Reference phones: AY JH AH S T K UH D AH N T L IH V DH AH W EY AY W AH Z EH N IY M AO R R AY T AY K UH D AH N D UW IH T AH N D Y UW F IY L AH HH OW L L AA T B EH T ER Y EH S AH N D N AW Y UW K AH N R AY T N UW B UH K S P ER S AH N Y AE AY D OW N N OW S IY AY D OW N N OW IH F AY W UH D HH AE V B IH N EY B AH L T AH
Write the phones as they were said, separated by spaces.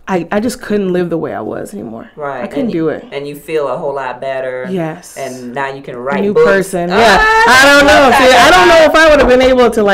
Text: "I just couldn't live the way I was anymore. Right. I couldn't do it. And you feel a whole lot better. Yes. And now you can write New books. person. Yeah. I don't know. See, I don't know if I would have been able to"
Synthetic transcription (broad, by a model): AY JH AH S K UH D N T L IH V DH AH W EY AY W AH Z EH N IY M AO R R AY AY K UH D N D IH IH T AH N Y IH F IY L AH HH OW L L AA T B EH T ER Y EH S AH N N AW Y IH K AH N R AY N UW P ER S AH N Y AE AY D OW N N OW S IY AY D OW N N OW IH F AY W UH D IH V B IH N EY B L T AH